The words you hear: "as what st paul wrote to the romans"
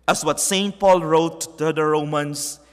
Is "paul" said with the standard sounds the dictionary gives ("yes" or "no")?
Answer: yes